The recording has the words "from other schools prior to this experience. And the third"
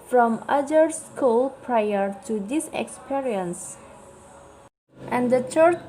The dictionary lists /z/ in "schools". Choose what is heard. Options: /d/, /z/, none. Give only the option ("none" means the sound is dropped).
none